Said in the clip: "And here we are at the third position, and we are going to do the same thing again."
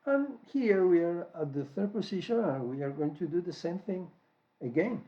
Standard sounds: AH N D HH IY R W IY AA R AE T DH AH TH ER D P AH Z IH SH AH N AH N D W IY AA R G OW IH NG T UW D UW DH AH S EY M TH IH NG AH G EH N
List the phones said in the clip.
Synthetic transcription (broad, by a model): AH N HH IY R W IY AA R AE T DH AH TH ER D P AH S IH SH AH N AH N W IY AA R G OW IH NG T UW D UW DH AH S EY M TH IH NG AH G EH N